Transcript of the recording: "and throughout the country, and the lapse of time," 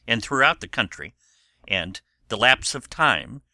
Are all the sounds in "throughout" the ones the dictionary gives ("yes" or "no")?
yes